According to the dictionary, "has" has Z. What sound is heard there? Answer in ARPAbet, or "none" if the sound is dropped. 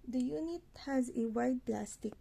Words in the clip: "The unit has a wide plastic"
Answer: Z